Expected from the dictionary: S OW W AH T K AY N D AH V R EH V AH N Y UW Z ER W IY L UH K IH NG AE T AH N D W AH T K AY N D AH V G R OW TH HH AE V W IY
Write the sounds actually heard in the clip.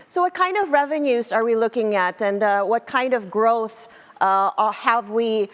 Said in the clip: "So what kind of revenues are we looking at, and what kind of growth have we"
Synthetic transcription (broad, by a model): S OW W AH T K AY N D AH V R EH V AH N Y UW Z ER W IY L UH K IH NG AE T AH N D W AH T K AY N D AH V G R OW TH HH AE V W IY